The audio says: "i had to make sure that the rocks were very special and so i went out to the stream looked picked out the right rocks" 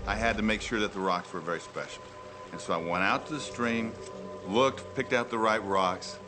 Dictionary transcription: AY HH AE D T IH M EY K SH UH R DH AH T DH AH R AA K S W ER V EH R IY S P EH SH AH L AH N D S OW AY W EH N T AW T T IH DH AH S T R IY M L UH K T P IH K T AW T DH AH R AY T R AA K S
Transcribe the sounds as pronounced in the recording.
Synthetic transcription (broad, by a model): AY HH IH D T IH M EY K SH UH R DH AH T DH AH R AA K S W ER V EH R IY S P EH SH L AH N S OW AY W EH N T AW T T IH DH AH S T R IY M L UH K T P IH K T AW T DH AH R AY T R AA K S